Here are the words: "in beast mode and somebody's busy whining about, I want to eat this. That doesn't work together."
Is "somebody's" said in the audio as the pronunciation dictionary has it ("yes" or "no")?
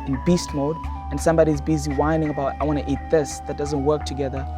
yes